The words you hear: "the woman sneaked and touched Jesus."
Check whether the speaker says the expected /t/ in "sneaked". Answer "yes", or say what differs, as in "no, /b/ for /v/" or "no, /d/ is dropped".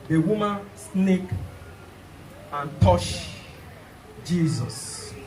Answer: no, /t/ is dropped